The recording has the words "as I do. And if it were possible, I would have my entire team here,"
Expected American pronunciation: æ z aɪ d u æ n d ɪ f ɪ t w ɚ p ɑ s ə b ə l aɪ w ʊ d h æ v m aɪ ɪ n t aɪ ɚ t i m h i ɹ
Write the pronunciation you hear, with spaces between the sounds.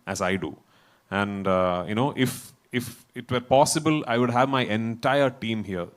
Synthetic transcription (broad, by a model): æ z aɪ d u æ n d ɪ f ɪ t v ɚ p ɑ s ə b ə l aɪ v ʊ d h æ v m aɪ ɪ n t aɪ ɚ t i m h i ɹ